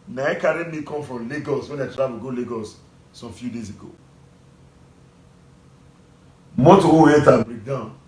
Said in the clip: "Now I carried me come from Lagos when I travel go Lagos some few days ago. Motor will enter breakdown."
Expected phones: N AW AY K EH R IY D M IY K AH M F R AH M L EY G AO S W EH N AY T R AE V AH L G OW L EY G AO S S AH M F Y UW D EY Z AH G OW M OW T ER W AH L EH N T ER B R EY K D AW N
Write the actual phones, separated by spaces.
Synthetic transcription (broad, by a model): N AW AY K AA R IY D M IY K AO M F R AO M L EY G AO S W EH N AY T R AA W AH G OW L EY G AO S S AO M F Y UW D EY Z AH G OW M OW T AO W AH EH T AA B R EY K D AW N